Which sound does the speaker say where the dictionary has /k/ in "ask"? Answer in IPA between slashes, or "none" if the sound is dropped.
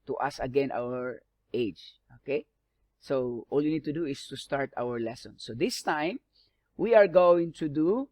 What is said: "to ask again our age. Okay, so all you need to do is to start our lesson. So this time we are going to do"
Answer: none